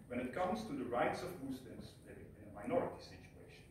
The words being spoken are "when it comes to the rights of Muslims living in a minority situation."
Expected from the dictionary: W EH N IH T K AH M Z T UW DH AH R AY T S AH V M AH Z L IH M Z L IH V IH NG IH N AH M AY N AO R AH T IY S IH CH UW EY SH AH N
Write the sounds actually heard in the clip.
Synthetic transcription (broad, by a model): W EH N IH T K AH M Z T UW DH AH R AY T S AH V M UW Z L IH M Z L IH IH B IH N AH M AY N AO R AH T IY S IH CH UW EY SH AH N